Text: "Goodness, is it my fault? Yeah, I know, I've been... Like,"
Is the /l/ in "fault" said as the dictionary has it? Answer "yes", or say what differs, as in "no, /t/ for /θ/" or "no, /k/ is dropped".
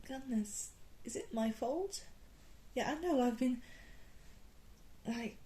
yes